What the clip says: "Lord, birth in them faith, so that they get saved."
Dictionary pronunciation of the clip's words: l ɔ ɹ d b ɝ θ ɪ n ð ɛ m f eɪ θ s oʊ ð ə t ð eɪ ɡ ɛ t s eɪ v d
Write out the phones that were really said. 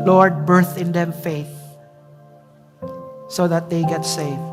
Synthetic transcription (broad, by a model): l ɔ ɹ d b ɝ θ ɪ n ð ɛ m f eɪ θ s oʊ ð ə t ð eɪ ɡ ɛ t s eɪ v